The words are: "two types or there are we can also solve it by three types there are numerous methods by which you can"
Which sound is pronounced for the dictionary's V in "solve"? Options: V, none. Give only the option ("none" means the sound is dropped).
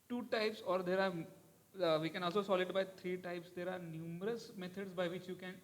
none